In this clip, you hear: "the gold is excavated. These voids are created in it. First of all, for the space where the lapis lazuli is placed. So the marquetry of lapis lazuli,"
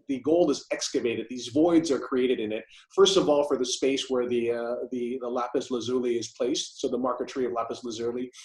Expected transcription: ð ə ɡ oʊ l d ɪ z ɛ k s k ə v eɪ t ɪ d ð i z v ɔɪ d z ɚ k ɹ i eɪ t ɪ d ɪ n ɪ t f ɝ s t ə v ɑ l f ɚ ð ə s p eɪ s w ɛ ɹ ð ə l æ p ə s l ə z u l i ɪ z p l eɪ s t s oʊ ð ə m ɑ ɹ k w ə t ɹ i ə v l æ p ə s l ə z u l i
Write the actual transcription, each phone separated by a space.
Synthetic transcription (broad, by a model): ð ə ɡ oʊ l ɪ z ɛ k s k ə v eɪ t ɪ d ð i z v ɔɪ d z ɚ k ɹ i eɪ t ɪ d ɪ n ɪ t f ɝ s t ə v ɑ l f ɚ ð ə s p eɪ s w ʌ ɹ ð ə l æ p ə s l ə z u l i ɪ z p l eɪ s t s oʊ ð ə m ɑ ɹ k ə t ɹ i ə v l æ p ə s l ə z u l i